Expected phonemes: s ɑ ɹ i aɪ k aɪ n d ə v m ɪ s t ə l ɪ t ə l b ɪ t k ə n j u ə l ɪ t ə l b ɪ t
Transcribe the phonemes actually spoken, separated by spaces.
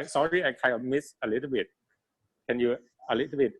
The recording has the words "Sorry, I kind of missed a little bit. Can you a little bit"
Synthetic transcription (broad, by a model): s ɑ ɹ i aɪ k aɪ n d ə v m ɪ s ə l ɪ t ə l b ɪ t k ə n j u ə l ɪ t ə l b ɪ t